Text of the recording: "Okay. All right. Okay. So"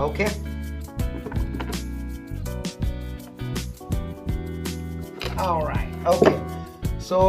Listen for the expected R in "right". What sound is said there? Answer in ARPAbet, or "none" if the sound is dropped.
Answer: R